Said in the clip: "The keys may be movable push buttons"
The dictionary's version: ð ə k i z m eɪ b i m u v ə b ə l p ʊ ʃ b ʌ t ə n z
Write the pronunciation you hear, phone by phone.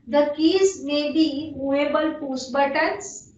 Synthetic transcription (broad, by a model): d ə k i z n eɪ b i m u ə b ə l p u s b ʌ t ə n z